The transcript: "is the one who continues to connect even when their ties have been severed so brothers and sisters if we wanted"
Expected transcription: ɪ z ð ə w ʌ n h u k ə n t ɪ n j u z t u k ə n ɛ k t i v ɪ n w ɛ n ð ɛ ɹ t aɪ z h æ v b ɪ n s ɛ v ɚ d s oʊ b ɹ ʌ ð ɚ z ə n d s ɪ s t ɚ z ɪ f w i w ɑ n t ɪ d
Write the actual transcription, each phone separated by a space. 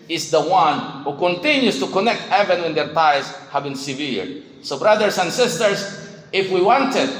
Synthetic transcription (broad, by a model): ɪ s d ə w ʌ n h u k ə n t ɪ n j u s t u k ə n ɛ k t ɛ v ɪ n w ɛ n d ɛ ɹ t aɪ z h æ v b ɪ n s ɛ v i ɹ s oʊ b ɹ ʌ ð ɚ s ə n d s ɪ s t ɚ s ɪ f w i w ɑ n t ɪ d